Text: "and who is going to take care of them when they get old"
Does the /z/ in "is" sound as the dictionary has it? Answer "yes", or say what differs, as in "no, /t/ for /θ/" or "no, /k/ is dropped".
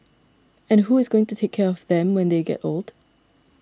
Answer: yes